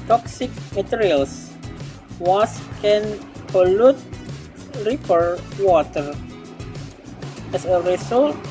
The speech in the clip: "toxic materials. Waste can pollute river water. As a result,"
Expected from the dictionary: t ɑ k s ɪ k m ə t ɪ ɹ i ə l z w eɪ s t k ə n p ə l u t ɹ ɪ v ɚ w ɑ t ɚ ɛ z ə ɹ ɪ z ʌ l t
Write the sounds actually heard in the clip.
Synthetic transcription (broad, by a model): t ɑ k s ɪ k m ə t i ɹ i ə l s w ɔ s k ə n p ə l u t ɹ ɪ p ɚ w ɑ t ɚ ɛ s ə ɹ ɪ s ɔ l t